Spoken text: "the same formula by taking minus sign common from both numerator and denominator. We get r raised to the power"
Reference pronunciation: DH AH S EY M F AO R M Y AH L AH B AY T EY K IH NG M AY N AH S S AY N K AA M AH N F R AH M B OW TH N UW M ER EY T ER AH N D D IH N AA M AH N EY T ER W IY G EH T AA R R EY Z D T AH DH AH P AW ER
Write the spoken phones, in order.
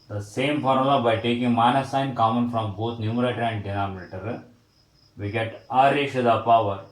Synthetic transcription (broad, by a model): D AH S EY M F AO R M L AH B AY T EY K IH NG M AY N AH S S AY N K AA M AH N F R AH M B OW T N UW M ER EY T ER AH N D D IH N AA M AH N EY T ER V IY G EH T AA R R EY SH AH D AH P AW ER